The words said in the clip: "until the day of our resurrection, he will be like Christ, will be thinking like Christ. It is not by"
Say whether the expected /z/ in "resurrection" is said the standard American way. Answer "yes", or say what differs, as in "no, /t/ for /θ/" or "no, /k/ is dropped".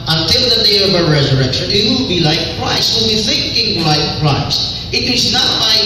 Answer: yes